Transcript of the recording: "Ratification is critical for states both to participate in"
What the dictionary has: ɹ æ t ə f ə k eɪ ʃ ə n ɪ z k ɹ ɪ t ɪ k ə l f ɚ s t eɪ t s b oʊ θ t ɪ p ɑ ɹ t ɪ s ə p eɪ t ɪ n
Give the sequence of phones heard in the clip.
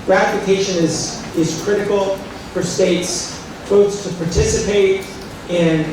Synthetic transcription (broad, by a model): ɹ æ t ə f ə k eɪ ʃ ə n ɪ z k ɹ ɪ t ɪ k l f ɚ s t eɪ t s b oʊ s t ɪ p ɑ ɹ t ɪ s ə p eɪ t ɪ n